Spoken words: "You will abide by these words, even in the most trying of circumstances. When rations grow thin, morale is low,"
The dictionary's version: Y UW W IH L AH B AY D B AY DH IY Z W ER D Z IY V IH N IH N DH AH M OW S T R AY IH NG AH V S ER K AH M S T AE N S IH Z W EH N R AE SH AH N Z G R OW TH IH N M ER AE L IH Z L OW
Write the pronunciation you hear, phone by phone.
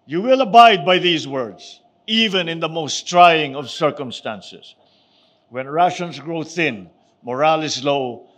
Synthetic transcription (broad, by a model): Y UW W IH L AH B AY D B AY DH IY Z W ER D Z IY V IH N IH N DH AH M OW S T R AY IH NG AH V S ER K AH M S T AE N S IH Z W EH N R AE SH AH N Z G R OW TH IH N M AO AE L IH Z L OW